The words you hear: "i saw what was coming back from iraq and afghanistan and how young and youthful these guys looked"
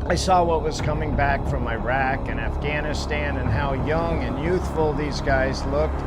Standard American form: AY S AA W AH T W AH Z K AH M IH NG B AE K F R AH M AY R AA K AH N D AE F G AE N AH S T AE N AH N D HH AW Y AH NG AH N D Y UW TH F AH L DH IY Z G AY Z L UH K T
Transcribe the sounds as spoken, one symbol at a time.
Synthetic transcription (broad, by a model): AY S AA W AH T W AH Z K AH M IH NG B AE K F R AH M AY R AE K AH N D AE F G AE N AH S T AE N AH N HH AW Y AH NG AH N Y UW TH F L DH IY Z G AY Z L UH K T